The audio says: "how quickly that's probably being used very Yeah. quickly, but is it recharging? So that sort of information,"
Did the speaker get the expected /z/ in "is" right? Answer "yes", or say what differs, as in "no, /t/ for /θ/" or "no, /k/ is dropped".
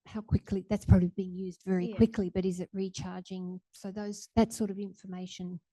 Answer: yes